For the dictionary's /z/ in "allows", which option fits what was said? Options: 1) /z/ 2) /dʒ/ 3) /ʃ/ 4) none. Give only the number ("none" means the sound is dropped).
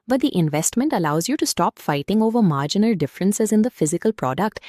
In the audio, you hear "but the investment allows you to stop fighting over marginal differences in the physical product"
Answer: 1